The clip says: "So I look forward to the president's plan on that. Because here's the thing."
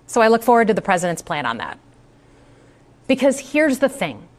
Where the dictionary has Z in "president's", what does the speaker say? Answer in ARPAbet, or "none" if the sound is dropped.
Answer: Z